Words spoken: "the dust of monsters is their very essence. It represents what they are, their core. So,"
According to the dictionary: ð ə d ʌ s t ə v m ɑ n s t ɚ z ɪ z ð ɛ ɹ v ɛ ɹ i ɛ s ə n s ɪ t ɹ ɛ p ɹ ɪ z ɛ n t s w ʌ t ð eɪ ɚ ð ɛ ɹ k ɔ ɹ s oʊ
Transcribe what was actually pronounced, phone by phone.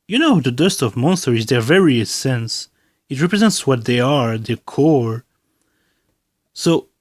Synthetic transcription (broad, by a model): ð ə d ʌ s t ə v m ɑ n s t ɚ ɪ z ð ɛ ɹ v ɛ ɹ i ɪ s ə n s ɪ t ɹ ɛ p ɹ ɪ z ɛ n t s w ʌ t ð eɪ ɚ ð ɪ k ɔ ɹ s oʊ